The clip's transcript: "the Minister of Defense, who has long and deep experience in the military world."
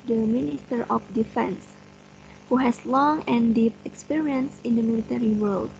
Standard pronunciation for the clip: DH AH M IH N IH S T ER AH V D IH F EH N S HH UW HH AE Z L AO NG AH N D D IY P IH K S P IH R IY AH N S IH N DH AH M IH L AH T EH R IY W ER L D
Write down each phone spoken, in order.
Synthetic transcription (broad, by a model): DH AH M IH N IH S T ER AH F D IH F EH N S HH UW HH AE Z L AO NG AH N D D IY P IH K S P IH R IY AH N S IH N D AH M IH L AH T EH R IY W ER L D